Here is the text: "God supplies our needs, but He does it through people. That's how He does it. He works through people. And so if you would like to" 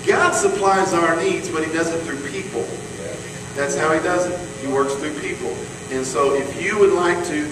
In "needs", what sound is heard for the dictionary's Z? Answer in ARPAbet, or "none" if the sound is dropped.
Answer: Z